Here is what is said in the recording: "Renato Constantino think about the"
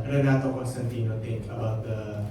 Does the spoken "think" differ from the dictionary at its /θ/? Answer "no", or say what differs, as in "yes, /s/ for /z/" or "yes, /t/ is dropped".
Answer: yes, /t/ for /θ/